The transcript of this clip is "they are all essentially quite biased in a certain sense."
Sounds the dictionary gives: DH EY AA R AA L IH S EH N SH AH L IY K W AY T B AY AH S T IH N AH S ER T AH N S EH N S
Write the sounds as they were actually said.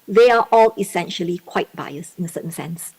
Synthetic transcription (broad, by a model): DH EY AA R AA L IH S EH N SH AH L IY K W AY T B AY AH S IH N AH S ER T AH N S EH N S